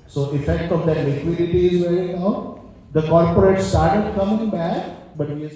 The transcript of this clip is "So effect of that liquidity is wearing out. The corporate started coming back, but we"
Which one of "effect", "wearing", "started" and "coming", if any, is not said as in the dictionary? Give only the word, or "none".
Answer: wearing